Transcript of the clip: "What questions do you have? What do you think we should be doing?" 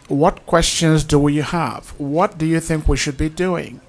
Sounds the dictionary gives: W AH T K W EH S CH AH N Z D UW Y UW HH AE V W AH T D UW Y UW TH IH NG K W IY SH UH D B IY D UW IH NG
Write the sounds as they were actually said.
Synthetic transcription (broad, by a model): W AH T K W EH S CH AH N Z D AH Y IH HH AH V W AH T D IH Y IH TH IH NG K W IY SH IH D B IY D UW IH NG